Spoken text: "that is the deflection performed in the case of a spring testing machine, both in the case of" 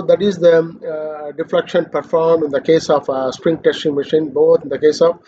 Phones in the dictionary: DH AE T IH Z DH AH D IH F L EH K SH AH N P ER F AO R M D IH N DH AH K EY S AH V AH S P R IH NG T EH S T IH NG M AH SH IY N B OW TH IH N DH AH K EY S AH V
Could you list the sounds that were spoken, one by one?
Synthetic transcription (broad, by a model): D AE T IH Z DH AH D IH F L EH K SH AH N P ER F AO R M IH N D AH K EY S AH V S P R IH NG T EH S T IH NG M AH SH IY N B OW T IH N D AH K EY S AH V